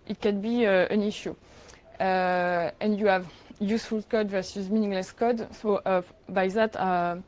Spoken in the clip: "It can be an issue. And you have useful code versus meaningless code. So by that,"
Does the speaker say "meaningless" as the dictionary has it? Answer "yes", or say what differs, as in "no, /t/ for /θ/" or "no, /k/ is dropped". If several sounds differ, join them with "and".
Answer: yes